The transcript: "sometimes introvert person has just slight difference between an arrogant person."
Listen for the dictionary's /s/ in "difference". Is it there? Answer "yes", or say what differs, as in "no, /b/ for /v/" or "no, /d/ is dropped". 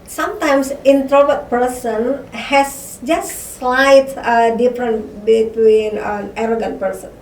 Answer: no, /s/ is dropped